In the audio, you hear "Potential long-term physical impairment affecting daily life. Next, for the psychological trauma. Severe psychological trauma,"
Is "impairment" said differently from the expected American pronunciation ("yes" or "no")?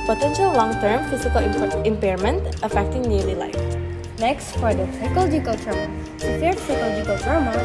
no